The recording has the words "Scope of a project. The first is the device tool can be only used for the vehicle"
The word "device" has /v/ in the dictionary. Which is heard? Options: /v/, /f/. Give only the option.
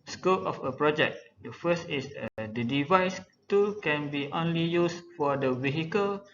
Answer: /v/